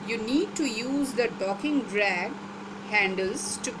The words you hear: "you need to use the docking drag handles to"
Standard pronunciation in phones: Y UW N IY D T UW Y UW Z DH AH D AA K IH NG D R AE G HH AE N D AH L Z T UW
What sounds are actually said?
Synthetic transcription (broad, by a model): Y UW N IY D T UW Y UW Z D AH D AA K IH NG D R AE G HH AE N D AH L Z T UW